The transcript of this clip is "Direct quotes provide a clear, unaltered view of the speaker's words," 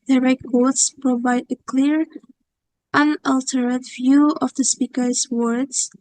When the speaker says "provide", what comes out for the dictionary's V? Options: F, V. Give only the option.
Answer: V